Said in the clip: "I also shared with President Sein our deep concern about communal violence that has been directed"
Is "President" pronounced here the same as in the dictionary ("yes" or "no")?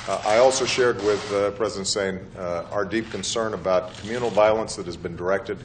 yes